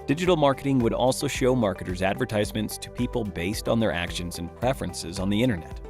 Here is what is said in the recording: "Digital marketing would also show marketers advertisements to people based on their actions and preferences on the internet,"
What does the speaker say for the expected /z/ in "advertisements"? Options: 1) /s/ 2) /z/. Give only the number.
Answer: 2